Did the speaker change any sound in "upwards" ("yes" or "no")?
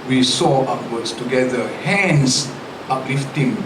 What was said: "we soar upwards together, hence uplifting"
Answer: yes